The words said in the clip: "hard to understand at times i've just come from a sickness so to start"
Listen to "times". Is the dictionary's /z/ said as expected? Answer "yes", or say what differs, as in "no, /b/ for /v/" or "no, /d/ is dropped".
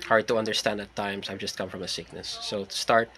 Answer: no, /s/ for /z/